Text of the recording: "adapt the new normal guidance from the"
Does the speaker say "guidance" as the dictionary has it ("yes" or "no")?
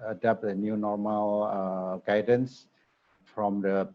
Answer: yes